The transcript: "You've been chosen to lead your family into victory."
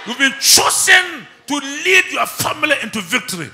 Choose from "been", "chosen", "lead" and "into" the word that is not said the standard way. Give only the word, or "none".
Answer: chosen